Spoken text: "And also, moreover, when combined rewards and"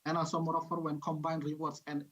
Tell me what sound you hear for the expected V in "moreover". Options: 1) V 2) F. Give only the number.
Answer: 2